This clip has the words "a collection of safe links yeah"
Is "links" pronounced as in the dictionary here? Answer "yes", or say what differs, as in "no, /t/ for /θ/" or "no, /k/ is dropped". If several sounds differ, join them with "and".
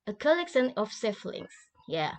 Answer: no, /k/ is dropped